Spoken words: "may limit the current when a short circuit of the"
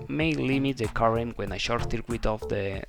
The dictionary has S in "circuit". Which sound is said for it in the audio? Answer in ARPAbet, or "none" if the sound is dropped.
TH